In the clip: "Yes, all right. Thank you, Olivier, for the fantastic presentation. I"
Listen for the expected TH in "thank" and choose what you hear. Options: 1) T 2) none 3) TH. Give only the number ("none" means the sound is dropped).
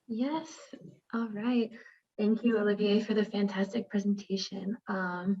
3